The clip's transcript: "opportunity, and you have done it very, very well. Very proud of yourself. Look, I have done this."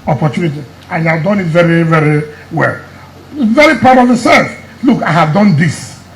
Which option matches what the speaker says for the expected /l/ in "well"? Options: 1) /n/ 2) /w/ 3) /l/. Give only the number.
3